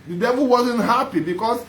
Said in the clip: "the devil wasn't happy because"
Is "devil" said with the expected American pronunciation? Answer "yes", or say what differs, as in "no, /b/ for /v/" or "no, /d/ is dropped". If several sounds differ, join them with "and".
yes